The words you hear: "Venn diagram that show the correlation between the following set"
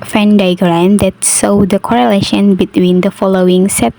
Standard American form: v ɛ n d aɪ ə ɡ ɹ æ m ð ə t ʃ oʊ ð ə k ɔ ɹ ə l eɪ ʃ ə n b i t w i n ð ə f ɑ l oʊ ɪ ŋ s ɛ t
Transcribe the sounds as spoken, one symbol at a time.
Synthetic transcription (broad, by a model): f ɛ n d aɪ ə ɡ ɹ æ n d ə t s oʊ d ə k ɔ ɹ ə l eɪ ʃ ə n b i t w i n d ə f ɑ l oʊ ɪ ŋ s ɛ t